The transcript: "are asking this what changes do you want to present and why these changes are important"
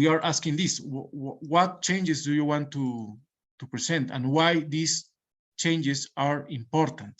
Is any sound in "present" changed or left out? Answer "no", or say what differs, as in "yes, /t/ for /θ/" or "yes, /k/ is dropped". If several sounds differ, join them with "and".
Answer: yes, /s/ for /z/